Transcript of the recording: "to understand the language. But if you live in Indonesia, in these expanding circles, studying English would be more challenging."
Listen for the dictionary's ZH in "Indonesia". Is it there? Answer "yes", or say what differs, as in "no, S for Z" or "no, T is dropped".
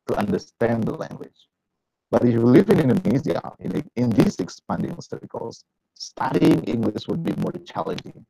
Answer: no, Z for ZH